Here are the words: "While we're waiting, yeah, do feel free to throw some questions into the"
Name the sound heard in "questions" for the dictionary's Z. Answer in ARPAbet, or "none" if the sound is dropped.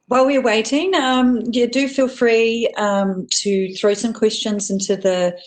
Z